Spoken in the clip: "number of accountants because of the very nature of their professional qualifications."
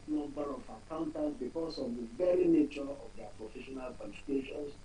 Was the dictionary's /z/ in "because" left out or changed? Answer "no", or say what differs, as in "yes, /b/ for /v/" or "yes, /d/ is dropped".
yes, /s/ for /z/